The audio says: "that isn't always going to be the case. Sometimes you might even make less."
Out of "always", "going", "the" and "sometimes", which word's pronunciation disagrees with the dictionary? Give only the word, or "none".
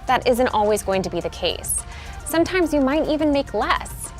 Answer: none